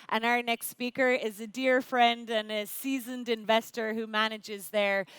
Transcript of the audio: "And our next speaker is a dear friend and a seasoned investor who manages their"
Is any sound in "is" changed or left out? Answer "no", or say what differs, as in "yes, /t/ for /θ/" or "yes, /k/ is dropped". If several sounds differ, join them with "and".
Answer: no